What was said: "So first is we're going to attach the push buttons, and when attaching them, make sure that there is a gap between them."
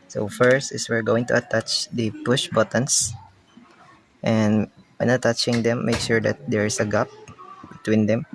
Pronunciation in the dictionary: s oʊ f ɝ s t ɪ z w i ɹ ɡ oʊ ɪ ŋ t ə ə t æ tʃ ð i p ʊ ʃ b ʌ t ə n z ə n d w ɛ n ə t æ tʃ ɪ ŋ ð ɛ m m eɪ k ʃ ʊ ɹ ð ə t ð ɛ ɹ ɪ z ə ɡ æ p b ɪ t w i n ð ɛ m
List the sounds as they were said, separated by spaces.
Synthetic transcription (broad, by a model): s oʊ f ɝ s t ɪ s w i ɹ ɡ oʊ ɪ ŋ t ə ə t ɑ tʃ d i p ʊ ʃ b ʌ t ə n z ə n d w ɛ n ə t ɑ tʃ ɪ ŋ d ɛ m m eɪ k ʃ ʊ ɹ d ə t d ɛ ɹ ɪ s ə ɡ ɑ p b ɪ t w i n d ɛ m